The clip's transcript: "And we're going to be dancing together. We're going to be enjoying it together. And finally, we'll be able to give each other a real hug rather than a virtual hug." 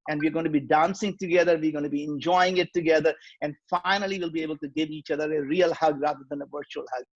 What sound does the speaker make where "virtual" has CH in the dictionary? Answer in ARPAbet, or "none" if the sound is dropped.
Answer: CH